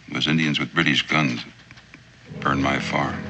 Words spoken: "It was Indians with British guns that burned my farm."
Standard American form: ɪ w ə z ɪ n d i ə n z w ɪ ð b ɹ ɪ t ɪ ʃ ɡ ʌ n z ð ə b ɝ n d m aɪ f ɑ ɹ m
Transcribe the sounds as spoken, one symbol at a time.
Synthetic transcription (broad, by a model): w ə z ɪ n d i ə n z w ɪ ð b ɹ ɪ t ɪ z ɡ ʌ n z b ɝ n m aɪ f ɑ ɹ